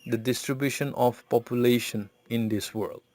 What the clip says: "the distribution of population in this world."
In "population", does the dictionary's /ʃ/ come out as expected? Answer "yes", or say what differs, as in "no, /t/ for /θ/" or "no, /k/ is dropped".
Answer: yes